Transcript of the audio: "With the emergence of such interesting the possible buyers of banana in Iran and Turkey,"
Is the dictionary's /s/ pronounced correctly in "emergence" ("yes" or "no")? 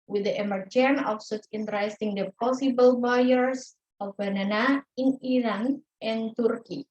no